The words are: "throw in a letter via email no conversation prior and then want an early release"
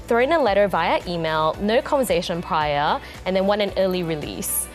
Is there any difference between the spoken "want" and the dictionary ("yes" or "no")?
yes